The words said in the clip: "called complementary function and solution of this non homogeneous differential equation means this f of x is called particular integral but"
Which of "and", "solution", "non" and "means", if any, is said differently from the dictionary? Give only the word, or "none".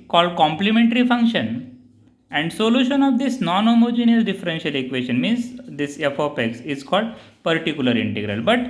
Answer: none